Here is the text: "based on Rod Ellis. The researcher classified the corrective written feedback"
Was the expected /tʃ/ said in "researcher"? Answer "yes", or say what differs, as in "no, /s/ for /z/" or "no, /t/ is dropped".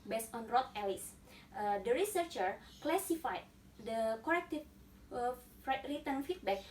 yes